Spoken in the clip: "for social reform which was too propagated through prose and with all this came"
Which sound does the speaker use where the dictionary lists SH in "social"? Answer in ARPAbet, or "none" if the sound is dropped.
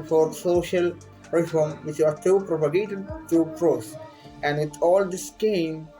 SH